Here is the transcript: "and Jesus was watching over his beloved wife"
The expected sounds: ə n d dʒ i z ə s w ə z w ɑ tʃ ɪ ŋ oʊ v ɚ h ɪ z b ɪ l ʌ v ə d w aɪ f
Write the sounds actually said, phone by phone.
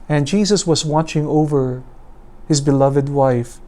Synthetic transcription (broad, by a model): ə n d dʒ i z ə s w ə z w ɑ tʃ ɪ ŋ oʊ v ɚ h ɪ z b ɪ l ʌ v ə d w aɪ f